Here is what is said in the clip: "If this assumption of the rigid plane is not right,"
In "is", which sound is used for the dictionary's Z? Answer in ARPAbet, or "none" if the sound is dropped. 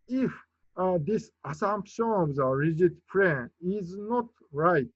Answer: Z